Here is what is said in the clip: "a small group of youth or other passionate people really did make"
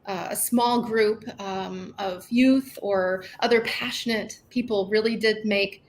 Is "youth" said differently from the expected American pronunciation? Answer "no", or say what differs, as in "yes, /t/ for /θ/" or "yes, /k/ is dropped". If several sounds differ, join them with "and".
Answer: no